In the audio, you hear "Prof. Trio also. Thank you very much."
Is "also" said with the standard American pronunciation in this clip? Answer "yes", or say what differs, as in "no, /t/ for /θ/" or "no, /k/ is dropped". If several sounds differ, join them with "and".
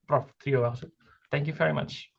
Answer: no, /l/ is dropped